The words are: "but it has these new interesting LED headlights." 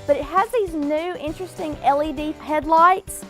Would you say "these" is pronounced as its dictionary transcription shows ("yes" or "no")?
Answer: yes